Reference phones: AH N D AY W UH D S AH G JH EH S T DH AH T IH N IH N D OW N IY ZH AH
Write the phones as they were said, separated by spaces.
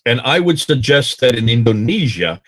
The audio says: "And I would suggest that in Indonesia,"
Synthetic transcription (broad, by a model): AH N AY W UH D S AH G JH EH S T DH AH T IH N IH N D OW N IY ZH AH